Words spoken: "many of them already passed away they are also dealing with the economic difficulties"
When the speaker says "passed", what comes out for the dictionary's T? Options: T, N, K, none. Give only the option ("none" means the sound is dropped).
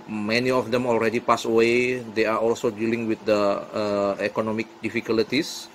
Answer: none